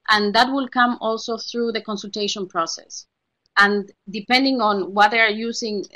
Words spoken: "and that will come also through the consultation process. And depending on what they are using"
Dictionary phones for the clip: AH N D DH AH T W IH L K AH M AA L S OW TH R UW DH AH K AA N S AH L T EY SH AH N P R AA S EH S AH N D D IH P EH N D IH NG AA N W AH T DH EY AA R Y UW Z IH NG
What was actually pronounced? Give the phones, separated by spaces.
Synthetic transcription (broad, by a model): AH N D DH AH T W IH L K AH M AA L S OW TH R UW DH AH K AA N S AH L T EY SH AH N P R AA S EH S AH N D D IH P EH N D IH NG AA N W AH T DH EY AA R Y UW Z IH NG